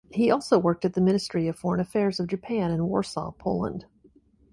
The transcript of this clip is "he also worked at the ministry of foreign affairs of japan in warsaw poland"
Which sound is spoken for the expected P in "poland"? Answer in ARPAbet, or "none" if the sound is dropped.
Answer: P